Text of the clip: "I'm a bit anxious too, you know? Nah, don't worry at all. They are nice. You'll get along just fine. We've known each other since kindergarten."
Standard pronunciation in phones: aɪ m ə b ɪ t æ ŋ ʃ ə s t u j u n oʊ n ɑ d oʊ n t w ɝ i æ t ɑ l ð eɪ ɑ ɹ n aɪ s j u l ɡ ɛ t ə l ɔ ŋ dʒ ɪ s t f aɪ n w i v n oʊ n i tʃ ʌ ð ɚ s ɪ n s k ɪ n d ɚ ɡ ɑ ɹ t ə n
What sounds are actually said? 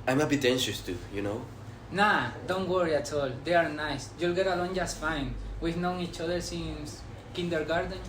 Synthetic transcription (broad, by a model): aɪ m ə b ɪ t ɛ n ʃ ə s t u j u n oʊ n ɑ d oʊ n t w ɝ i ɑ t ɑ l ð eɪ ɑ ɹ n aɪ s j u l ɡ ɛ t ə l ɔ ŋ dʒ ɪ s t f aɪ n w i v n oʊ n i tʃ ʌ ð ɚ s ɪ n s k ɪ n d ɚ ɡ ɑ ɹ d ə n